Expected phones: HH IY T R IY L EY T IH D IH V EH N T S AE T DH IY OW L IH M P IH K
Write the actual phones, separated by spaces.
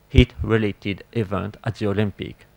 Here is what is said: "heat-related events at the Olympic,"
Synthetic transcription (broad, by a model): HH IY T R IY L EY T IH D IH V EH N T AE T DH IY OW L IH M P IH K